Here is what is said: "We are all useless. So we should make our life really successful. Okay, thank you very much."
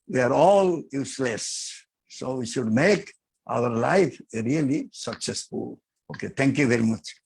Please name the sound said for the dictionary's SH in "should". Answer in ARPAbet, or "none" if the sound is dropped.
SH